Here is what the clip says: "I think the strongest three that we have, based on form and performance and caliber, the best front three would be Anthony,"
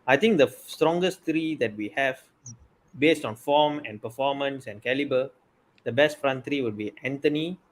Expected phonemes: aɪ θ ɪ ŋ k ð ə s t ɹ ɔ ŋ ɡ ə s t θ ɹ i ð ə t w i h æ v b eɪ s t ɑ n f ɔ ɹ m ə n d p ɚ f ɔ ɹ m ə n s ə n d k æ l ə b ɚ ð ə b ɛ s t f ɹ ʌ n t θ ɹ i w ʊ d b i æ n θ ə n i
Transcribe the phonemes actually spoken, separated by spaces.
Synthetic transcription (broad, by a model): aɪ t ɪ ŋ k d ə s t ɹ ɔ ŋ ɡ ə s t ɹ i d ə t w i h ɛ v b eɪ s t ɑ n f ɔ m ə n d p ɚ f ɔ m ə n s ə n k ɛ l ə b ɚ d ə b ɛ s t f ɹ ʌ n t ɹ i w ʊ d b i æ n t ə n i